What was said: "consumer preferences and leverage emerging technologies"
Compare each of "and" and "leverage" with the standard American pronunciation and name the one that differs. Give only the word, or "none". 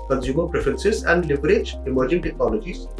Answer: leverage